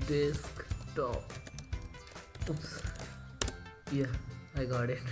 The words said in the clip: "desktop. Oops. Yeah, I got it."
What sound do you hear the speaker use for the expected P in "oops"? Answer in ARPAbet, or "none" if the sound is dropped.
none